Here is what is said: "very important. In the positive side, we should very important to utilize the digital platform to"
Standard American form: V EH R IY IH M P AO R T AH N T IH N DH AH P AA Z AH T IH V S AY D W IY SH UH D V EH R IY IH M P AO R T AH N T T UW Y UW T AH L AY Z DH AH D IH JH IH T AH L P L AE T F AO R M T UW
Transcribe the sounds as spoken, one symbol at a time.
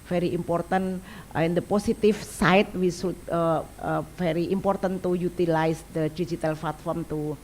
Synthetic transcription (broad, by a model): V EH R IY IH M P AO R T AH N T IH N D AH P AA S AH T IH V S AY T W IY S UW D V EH R IY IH M P AO R T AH N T T UW Y UW T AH L AY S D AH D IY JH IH T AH L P L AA T F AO R M T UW